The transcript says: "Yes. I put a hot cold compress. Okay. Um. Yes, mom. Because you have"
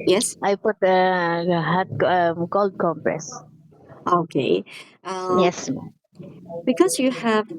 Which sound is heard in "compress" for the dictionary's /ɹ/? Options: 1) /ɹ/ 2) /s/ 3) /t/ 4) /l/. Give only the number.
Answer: 1